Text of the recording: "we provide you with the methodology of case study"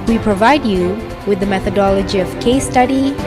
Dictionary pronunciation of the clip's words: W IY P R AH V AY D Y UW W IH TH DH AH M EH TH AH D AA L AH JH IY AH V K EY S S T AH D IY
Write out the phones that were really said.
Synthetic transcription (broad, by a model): W IY P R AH V AY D Y UW W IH DH AH M EH TH AH D AA L AH JH IY AH V K EY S S T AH D IY